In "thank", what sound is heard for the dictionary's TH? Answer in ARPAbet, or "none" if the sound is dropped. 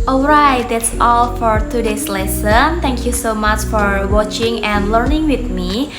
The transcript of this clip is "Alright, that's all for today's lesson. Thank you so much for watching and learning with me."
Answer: T